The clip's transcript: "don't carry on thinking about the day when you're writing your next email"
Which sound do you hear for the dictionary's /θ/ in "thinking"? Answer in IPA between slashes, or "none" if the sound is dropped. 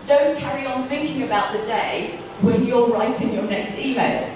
/θ/